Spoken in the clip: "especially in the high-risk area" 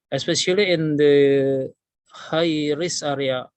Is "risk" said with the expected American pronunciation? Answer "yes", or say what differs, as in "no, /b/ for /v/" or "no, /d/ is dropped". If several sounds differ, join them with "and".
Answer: no, /k/ is dropped